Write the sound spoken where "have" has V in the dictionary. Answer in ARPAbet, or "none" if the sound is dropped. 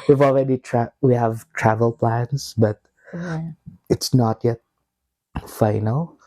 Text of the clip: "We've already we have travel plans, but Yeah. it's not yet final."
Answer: V